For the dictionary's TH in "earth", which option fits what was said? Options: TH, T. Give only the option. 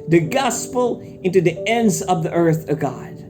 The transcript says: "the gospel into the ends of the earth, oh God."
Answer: TH